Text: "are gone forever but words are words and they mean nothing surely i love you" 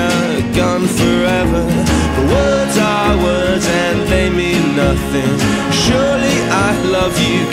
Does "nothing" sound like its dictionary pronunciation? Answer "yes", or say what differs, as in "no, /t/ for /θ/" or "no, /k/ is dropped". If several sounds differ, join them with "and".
yes